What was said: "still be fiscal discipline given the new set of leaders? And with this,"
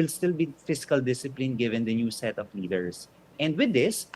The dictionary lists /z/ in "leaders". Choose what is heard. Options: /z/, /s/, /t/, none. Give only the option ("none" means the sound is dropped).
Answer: /s/